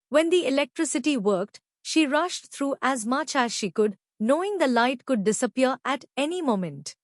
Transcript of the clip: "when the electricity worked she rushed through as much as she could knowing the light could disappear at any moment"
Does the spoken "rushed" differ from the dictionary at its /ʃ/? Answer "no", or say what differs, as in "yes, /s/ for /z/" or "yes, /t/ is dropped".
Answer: no